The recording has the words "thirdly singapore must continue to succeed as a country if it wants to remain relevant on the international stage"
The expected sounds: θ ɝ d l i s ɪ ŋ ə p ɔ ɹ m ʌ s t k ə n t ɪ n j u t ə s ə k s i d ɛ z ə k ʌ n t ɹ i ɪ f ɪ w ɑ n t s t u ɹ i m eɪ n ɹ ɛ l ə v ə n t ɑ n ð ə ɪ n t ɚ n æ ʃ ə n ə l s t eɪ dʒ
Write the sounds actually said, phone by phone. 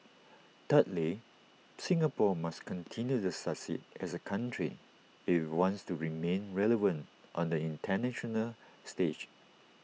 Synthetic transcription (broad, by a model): t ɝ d l i s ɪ ŋ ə p ɔ m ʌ s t k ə n t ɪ n j u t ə s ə s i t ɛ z ə k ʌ n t ɹ i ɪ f w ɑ n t s t u ɹ i m eɪ n ɹ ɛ l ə v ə n t ɑ n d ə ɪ n t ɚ n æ ʃ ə n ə l s t eɪ dʒ